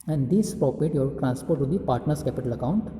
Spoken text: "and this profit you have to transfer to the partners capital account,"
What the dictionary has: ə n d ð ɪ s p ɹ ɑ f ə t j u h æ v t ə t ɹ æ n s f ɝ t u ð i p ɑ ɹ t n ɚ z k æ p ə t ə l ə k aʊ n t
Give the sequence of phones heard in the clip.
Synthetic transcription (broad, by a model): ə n d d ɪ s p ɹ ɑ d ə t j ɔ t t ɹ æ n s p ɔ t u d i p ɑ ɹ t n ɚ s k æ p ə t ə l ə k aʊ n t